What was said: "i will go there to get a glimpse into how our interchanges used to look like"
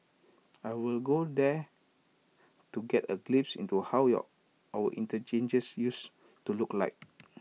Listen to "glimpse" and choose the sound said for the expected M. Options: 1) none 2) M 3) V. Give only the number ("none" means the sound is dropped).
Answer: 1